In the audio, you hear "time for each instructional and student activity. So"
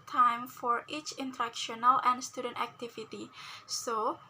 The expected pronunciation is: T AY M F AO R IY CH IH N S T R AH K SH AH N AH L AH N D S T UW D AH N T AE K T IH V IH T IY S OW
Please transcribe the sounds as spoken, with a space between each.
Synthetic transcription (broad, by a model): T AY M F AO R IY CH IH N T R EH K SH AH N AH L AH N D S T UW D AH N T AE K T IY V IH T IY S OW